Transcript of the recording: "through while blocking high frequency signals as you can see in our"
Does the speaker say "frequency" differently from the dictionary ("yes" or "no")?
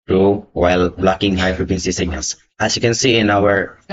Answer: yes